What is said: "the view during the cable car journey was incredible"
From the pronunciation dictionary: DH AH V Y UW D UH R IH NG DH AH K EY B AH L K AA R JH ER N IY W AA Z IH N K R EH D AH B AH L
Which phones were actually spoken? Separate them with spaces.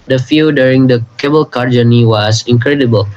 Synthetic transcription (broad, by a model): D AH F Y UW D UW R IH NG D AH K EY B AH L K AA R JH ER N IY W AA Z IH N K R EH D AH B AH L